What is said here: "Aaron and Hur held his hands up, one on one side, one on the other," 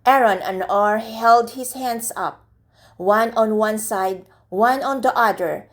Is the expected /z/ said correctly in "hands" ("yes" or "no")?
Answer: no